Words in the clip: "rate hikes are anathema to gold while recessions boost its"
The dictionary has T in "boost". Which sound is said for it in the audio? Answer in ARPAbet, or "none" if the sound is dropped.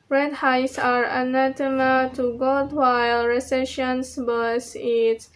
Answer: none